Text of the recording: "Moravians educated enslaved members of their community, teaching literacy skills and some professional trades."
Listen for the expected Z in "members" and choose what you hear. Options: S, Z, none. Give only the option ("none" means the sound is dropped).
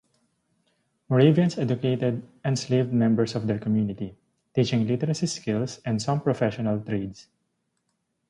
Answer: S